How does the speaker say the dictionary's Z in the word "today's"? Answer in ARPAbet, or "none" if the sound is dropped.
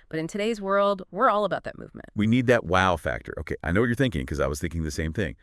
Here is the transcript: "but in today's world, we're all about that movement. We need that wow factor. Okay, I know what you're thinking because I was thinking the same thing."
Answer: Z